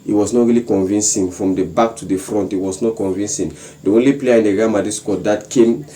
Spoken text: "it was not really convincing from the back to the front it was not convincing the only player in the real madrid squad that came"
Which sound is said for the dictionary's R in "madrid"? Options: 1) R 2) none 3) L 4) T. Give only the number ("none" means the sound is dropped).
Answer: 2